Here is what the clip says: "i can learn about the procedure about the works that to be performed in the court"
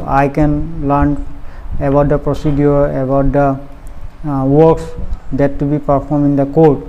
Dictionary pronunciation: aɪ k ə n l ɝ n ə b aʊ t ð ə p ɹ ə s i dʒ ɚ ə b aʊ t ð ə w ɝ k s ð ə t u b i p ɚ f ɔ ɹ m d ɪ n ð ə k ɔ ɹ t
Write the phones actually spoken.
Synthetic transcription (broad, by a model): aɪ k ə n l ɝ n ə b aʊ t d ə p ɹ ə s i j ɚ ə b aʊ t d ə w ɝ k s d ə t u b i p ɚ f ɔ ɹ m ɪ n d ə k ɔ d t